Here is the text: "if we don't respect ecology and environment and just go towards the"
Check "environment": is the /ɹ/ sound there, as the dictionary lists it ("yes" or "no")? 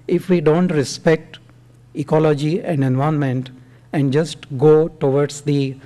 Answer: no